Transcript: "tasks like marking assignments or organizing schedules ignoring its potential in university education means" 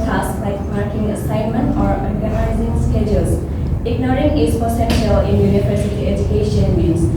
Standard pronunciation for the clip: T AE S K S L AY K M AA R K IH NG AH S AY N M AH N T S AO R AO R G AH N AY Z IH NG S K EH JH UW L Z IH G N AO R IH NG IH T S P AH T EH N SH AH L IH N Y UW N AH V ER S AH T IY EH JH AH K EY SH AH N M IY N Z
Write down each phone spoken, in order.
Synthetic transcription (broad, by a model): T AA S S L AY K M AA R K IH NG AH S AY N M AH N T AO R AO R G AH N AY Z IH NG S K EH JH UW L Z IH G N AO R IH NG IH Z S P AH S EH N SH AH L IH N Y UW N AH P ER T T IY EH JH AH K EY SH AH N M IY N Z